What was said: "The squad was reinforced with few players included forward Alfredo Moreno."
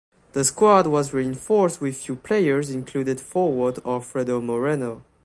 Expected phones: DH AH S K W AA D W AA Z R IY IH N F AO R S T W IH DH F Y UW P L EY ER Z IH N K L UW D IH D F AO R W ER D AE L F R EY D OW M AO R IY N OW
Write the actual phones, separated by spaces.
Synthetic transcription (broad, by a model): DH AH S K W AA D W AA Z R IY IH N F AO R S T W IH DH F Y UW P L EY ER Z IH N K L UW D IH D F AO R W ER D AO F R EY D OW M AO R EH N OW